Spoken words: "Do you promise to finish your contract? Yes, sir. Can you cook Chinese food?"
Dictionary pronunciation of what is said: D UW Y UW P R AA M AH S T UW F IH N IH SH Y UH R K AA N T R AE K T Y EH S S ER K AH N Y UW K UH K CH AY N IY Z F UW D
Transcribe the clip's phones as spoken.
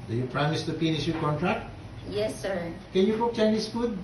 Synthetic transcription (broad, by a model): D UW Y UW P R AA M AH S T UW P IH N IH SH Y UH K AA N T R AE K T Y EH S S ER K AH N Y UW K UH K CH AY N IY S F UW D